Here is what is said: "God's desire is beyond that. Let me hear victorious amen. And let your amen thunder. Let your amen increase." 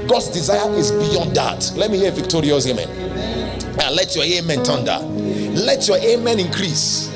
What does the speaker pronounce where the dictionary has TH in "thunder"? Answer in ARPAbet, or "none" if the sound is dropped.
T